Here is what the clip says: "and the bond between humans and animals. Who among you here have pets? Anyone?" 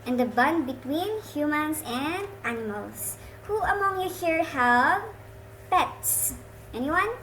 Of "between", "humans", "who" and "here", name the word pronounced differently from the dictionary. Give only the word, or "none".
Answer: humans